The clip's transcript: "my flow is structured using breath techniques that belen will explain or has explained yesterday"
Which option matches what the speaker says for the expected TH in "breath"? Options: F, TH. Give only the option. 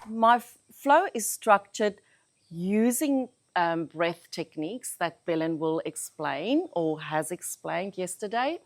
TH